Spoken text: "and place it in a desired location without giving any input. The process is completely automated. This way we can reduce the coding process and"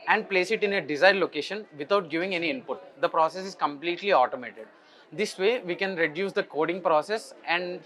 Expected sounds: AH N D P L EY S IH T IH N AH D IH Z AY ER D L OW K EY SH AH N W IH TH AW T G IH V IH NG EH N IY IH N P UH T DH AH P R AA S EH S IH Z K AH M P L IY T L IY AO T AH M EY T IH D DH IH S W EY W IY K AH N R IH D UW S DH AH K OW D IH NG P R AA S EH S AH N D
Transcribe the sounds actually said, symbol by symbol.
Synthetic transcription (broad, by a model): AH N D P L EY S IH T IH N AH D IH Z AY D L OW K EY SH AH N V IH T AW T G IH V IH NG EH N IY IH N P UH T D AH P R AA S EH S IH Z K AH M P L IY T L IY AO T AH M EY T IH D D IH S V EY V IY K AH N R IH D UW S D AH K OW D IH NG P R AA S EH S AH N D